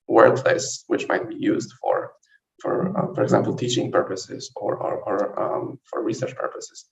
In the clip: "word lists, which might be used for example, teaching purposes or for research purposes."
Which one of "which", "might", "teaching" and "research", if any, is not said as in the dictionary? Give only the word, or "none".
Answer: none